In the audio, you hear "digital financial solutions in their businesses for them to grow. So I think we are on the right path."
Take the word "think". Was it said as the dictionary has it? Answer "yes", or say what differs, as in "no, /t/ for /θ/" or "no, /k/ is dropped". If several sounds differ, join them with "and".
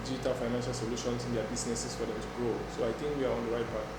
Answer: no, /t/ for /θ/